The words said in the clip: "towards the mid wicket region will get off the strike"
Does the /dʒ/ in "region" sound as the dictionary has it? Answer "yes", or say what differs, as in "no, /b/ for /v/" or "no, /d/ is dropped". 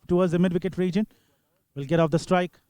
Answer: yes